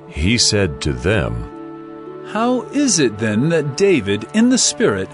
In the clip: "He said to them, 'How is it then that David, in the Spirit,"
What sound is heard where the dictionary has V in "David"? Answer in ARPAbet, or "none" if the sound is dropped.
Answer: V